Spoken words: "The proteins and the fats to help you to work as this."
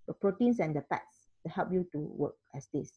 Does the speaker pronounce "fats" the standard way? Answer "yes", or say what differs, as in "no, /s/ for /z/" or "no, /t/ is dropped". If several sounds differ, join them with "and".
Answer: no, /p/ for /f/